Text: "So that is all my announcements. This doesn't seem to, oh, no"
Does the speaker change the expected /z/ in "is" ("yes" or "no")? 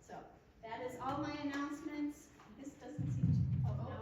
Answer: no